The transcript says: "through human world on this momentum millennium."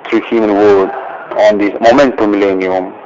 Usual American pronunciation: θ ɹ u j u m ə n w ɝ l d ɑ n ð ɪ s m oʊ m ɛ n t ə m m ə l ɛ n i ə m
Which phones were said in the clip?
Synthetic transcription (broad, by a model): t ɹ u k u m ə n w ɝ d ɑ n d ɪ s m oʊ m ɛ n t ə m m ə l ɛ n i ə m